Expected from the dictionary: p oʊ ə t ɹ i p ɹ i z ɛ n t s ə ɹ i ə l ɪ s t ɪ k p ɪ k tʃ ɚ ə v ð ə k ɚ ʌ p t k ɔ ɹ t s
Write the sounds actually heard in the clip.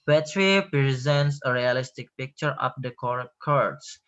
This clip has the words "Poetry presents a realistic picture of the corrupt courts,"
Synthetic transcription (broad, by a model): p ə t ɹ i p ɹ i z ɛ n t s ə ɹ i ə l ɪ s t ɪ k p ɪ k tʃ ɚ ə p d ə k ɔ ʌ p k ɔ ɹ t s